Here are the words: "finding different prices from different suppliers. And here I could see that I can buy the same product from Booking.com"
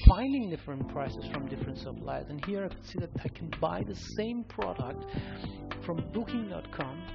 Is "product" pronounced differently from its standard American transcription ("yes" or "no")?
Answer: no